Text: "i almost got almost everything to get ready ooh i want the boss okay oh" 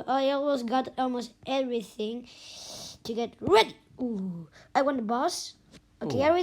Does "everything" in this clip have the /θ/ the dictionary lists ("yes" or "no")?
yes